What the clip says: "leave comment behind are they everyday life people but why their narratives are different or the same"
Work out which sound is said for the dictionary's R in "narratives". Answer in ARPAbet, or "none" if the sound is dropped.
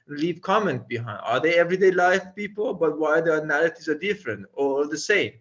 L